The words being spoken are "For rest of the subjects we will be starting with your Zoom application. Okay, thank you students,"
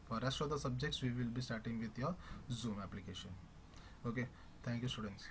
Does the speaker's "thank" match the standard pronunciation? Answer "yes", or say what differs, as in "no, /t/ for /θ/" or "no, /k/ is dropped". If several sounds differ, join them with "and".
no, /t/ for /θ/